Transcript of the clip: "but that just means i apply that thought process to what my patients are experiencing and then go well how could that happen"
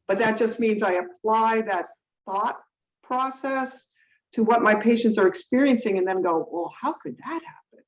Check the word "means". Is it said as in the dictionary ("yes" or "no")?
yes